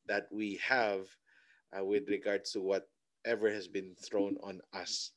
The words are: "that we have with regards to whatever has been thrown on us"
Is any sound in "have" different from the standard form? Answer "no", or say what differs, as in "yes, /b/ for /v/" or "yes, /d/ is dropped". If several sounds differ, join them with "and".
no